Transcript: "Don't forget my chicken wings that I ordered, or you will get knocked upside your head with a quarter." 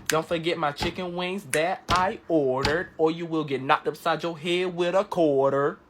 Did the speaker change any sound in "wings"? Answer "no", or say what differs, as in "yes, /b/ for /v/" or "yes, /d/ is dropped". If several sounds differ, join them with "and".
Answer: no